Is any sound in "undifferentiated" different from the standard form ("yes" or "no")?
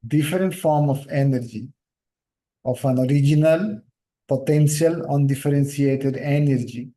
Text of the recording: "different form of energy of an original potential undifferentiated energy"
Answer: yes